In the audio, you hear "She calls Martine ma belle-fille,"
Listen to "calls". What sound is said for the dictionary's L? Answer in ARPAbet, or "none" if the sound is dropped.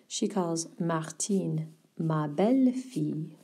L